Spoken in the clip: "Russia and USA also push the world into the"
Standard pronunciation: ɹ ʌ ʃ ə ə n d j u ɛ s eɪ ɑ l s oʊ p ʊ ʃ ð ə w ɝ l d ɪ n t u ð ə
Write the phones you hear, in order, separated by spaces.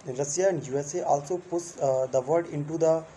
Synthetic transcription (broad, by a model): ɹ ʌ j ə ə n d j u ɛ s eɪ ɑ l s oʊ p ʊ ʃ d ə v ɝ d ɪ n t u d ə